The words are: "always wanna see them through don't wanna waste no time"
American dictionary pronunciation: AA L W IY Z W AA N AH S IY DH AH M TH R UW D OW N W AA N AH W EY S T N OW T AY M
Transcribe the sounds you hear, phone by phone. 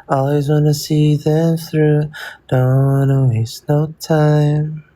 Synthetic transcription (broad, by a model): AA L W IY Z W AA N AH S IY DH AH M TH R UW D OW N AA AH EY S N OW T AY M